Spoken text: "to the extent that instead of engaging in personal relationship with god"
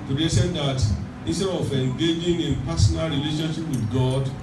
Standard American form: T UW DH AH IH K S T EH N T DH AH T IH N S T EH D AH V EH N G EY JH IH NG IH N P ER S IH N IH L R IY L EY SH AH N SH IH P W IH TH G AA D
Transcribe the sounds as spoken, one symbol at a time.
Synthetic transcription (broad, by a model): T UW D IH S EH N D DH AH T IH N S T EH D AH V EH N G EY JH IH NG IH N P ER S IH N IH L R IY L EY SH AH N SH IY P W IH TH G AA D